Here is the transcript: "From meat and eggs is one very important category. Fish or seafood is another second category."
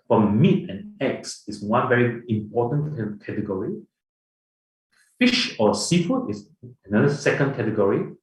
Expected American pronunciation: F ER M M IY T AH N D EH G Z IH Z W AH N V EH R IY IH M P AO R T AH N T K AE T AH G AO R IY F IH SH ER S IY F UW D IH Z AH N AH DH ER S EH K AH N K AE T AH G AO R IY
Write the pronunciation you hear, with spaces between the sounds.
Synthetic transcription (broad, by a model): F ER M M IY T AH N EH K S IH S W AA N V EH R IY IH M P AO T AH N K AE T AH G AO R IY F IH SH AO S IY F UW IH S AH N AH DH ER S EH K AH N K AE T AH G AO R IY